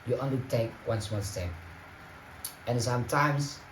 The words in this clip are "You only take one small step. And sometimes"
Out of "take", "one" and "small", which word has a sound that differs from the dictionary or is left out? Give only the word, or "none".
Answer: small